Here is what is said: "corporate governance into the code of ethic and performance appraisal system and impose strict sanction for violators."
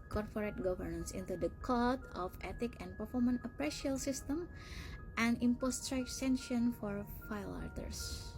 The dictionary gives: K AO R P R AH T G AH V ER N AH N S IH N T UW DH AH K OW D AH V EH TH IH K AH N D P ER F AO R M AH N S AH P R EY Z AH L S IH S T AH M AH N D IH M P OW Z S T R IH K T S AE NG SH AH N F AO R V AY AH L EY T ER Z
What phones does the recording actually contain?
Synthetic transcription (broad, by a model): K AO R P R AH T G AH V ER N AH N S IH N T UW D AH K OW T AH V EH T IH K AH N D P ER F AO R M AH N AH P R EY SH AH L S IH S T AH M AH N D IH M P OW S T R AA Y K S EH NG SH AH N F AO R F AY L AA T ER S